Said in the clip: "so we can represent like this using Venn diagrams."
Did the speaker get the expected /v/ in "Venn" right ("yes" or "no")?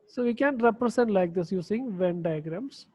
yes